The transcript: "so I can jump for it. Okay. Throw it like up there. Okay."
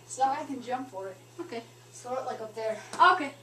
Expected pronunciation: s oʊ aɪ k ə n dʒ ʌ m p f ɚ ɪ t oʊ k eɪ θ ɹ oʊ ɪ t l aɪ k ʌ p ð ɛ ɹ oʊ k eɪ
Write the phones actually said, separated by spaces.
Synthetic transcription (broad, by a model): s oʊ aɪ k ə n dʒ ʌ m p f ɚ ɪ t oʊ k eɪ s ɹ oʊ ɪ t l aɪ k ʌ p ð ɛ ɹ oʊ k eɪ